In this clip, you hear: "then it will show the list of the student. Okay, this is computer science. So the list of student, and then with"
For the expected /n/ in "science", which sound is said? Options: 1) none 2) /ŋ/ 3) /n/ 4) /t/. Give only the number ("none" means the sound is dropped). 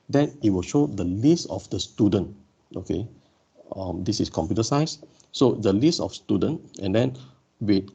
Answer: 1